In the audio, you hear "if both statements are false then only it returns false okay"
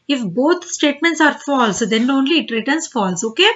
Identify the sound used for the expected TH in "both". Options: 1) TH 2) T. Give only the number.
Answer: 2